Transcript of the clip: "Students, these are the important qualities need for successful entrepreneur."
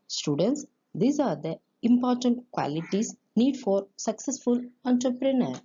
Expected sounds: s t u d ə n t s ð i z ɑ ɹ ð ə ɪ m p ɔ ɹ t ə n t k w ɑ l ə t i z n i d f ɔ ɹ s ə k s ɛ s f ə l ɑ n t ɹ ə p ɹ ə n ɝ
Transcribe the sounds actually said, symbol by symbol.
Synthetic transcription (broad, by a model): s t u d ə n t s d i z ɑ ɹ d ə ɪ m p ɔ ɹ t ə n t k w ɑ l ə t i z n i d f ɔ ɹ s ə k s ɛ s f ə l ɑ n t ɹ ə p ɹ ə n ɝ